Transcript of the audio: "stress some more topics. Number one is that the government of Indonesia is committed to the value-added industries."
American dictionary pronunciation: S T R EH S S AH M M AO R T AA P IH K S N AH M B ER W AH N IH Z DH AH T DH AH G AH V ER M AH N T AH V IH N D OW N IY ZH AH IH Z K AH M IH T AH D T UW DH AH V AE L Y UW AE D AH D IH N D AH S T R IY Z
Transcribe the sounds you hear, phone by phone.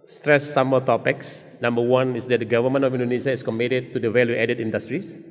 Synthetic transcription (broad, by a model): S T R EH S S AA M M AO L T AA P IH K S N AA M B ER W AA N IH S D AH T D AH G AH V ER M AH N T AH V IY N D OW N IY SH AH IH S K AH M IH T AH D T UW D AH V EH L Y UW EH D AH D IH N D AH S T R IY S